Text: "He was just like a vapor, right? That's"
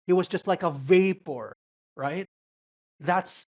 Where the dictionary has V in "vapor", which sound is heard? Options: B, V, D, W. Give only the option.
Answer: V